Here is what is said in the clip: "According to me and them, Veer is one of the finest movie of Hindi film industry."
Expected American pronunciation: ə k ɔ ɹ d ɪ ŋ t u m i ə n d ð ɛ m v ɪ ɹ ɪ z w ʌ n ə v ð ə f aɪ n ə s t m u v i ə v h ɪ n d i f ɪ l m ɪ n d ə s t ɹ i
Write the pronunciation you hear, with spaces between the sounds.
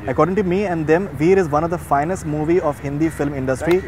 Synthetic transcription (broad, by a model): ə k ɔ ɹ d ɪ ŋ t u m i ə n d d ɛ m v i ɹ ɪ z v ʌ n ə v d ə f aɪ n ə s t m u v i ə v h ɪ n d i f ɪ l m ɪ n d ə s t ɹ i